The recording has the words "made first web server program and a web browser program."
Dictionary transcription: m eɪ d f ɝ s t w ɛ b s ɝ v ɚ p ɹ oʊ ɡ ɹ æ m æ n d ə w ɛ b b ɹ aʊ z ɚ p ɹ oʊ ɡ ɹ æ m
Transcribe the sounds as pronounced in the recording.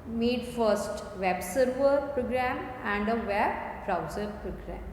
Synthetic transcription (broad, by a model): m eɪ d f ɝ s t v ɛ b s ɝ v ɚ p ɹ oʊ ɡ ɹ æ m æ n d ə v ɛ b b ɹ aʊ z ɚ p ɹ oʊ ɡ ɹ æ m